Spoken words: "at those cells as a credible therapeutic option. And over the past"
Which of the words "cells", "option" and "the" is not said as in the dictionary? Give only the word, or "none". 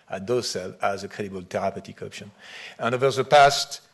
cells